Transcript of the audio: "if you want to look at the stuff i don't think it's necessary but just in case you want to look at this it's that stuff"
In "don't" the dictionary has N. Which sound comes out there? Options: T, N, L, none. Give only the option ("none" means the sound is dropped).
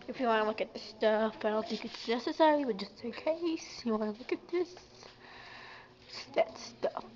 L